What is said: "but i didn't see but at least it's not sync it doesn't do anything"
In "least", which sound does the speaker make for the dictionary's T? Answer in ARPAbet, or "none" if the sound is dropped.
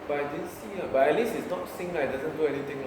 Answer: none